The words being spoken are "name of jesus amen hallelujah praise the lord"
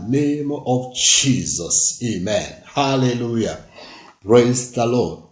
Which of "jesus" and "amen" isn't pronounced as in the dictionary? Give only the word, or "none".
none